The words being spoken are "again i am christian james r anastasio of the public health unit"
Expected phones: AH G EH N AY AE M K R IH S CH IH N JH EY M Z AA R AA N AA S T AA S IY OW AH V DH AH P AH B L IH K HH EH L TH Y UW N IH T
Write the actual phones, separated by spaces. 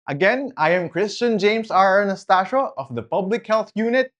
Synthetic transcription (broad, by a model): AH G EH N AY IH M K R IH S CH IH N JH EY M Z AA R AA N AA S T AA SH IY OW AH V DH AH P AH B L IH K HH EH L TH Y UW N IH T